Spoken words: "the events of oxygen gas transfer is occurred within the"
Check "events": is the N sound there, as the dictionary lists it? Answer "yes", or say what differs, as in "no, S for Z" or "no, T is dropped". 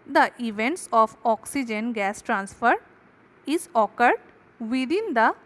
yes